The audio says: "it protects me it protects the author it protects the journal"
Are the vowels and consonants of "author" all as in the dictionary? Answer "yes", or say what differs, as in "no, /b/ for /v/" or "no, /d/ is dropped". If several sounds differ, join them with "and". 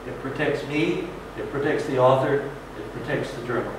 yes